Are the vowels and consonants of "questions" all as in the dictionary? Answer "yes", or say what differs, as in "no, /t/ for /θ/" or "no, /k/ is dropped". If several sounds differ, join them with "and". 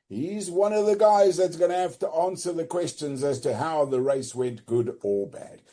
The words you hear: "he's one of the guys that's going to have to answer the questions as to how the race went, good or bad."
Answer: yes